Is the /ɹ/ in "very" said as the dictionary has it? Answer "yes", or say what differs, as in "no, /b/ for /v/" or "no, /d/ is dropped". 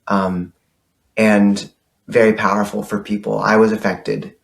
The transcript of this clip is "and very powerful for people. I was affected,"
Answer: yes